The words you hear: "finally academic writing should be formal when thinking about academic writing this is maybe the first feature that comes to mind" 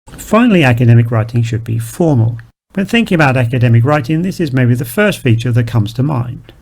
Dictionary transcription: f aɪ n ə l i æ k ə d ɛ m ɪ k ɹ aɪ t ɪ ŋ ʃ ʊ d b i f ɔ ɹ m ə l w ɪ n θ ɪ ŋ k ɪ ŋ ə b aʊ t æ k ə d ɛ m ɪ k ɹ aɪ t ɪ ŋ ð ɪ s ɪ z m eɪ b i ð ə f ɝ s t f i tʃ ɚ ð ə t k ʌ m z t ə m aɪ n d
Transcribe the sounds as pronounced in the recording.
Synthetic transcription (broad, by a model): f aɪ n l i æ k ə d ɛ m ɪ k ɹ aɪ t ɪ ŋ ʃ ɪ d b i f ɔ ɹ m ə l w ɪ n θ ɪ ŋ k ɪ ŋ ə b aʊ t æ k ə d ɛ m ɪ k ɹ aɪ t ɪ ŋ ð ɪ s ɪ z m eɪ b i ð ə f ɝ s t f i tʃ ɚ ð ə t k ʌ m z t ə m aɪ n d